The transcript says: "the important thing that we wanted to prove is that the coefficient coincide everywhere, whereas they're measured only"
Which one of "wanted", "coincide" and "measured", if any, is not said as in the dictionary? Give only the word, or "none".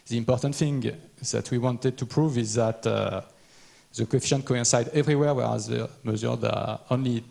measured